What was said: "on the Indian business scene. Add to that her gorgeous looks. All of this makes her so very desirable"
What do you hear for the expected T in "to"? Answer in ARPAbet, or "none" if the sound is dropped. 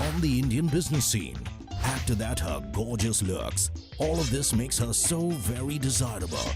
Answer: T